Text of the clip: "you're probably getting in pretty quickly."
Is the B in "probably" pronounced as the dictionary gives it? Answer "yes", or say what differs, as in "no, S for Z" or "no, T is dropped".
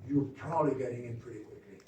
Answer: no, B is dropped